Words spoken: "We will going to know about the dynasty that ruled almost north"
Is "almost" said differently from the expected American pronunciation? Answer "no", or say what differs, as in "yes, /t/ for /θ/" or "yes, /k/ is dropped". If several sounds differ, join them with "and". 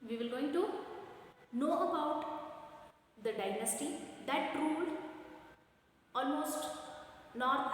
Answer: no